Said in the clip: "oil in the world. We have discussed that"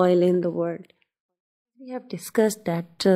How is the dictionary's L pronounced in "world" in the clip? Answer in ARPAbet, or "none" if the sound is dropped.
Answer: none